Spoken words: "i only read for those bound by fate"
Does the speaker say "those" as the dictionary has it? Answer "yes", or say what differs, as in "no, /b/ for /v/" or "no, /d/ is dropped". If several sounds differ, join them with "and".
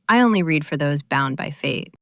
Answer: yes